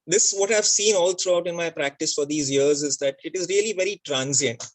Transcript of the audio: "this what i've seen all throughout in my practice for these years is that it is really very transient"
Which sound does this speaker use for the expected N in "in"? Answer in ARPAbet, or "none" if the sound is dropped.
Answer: N